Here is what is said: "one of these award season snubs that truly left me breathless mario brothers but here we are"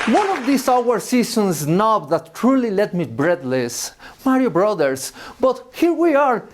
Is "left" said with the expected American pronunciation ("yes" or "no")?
no